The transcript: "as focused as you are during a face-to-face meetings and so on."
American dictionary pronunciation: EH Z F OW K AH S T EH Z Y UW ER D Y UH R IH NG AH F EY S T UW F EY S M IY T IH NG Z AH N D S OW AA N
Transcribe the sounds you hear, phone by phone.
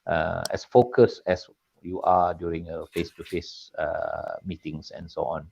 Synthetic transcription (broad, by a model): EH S F OW K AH S EH S Y UW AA D Y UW R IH NG AH F EY S T UW F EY S M IY T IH NG S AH N S OW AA N